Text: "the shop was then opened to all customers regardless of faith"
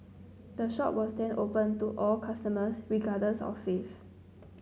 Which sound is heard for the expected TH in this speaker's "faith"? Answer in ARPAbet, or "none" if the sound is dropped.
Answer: F